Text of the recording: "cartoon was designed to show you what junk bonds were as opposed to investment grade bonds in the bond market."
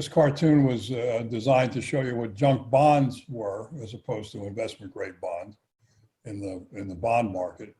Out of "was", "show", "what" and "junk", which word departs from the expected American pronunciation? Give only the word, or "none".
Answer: none